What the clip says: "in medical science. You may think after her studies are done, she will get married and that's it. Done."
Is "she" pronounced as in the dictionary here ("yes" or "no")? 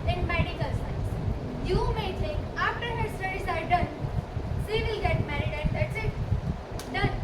no